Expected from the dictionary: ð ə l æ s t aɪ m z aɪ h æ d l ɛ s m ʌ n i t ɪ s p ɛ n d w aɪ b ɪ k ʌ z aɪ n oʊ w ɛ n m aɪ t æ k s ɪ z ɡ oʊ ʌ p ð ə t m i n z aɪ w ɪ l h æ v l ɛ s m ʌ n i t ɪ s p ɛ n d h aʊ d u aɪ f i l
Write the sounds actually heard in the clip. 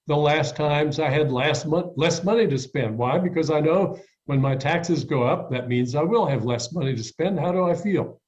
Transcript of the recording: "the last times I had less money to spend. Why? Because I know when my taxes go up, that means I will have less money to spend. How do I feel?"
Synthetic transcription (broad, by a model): ð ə l æ s t aɪ m z aɪ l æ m l ɛ s m ʌ n i t ɪ s p ɛ n d w aɪ b ɪ k ʌ z aɪ n oʊ w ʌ n m aɪ t æ k s ɪ z ɡ oʊ ʌ p ð ə t m i n z aɪ w ɪ l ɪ v l ɛ s m ʌ n i t ɪ s p ɛ n d h aʊ d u aɪ f i l